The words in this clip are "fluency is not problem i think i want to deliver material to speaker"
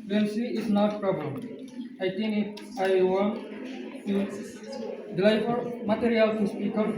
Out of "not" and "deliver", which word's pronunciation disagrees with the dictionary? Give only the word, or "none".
deliver